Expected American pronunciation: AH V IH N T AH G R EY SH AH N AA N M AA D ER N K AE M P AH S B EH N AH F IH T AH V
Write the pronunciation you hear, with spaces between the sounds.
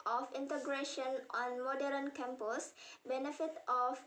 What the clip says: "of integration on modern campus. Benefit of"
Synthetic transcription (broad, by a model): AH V IH N T AH G R EY SH AH N AA N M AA D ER N K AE M P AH S B EH N AH F IH T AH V